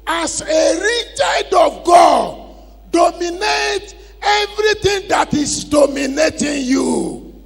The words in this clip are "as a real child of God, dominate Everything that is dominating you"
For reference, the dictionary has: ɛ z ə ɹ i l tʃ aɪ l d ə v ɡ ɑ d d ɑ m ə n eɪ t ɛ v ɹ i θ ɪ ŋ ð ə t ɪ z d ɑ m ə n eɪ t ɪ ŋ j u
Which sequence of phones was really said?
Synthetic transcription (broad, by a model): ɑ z ə ɹ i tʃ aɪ d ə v ɡ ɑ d d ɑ m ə n eɪ t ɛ v ɹ i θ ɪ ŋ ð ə t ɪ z d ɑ m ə n eɪ t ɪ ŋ j u